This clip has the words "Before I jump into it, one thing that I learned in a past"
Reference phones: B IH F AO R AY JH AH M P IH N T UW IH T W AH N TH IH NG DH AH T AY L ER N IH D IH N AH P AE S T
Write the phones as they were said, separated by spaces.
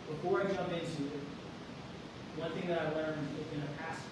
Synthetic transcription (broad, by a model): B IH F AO R AY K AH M IH N T UW IH T W AH N TH IH NG DH AH T AY L ER N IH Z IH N AH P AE S